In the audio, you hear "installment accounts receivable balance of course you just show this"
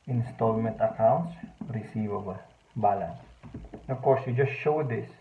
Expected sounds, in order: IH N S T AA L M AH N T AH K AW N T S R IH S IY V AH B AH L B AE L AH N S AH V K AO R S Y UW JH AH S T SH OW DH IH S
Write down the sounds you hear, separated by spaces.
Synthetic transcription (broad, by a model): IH N S T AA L M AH N T AH K AW N T S R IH S IY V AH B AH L B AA L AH N S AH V K AO R S Y UW JH AH S T SH OW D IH S